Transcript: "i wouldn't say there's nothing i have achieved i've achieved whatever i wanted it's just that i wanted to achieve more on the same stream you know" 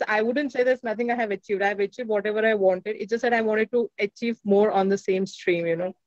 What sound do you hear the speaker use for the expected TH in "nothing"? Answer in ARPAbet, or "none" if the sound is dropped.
T